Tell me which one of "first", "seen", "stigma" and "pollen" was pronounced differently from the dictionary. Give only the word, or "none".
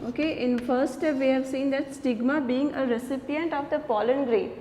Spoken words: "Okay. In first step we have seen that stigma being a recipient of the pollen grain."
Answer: first